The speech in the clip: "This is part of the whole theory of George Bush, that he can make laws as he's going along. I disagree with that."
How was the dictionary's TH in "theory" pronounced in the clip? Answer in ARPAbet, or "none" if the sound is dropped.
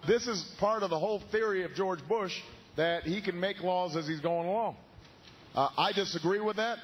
TH